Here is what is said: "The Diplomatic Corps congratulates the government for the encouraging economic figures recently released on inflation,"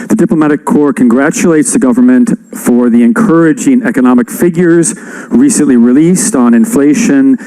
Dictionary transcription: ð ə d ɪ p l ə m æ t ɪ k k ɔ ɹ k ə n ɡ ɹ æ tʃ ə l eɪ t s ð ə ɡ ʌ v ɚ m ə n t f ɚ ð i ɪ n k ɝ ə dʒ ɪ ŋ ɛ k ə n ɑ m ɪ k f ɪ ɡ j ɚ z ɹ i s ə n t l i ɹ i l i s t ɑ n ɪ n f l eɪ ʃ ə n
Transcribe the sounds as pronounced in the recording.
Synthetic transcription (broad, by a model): ð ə d ɪ p l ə m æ t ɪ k k ɔ ɹ k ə n ɡ ɹ æ tʃ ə l eɪ t s ð ə ɡ ʌ v ɚ m ə n t f ɚ ð i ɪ n k ɝ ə dʒ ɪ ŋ ɛ k ə n ɑ m ɪ k f ɪ ɡ j ɚ z ɹ i s ə n t l i ɹ i l i s t n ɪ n f l eɪ ʃ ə n